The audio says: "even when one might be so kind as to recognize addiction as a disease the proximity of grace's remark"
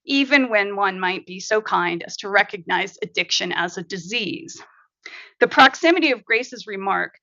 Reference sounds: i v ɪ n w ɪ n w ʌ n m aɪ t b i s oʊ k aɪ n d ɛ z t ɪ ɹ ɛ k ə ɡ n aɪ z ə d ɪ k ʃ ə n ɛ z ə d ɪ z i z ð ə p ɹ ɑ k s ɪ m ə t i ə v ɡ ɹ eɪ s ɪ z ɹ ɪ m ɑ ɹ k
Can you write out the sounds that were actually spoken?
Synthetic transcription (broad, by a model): i v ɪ n w ɪ n w ʌ n m aɪ t b i s oʊ k aɪ n d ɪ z t ɪ ɹ ɛ k ə ɡ n aɪ z ə d ɪ k ʃ ə n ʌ z ə d ɪ z i z ð ə p ɹ ɑ k s ɪ m ə t i ə v ɡ ɹ eɪ s ɪ z ɹ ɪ m ɑ ɹ k